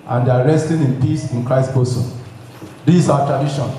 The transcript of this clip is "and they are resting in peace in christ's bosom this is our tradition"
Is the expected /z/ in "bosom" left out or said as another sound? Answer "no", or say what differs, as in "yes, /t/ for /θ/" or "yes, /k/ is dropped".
yes, /s/ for /z/